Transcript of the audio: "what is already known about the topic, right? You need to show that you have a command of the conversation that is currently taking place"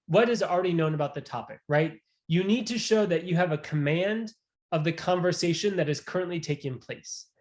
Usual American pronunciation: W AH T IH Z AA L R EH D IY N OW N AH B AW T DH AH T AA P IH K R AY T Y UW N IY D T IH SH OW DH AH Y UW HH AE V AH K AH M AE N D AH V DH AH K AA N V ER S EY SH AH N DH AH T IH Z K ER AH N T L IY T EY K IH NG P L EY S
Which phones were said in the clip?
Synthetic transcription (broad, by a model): W AH T IH Z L R EH D IY N OW N AH B AW T DH AH T AA P IH K R AY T Y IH N IY D T IH SH OW DH AH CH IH V AH K AH M AE N D AH V DH AH K AA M V ER S EY SH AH N DH AH T IH Z K ER AH N T L IY T EY K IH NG P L EY S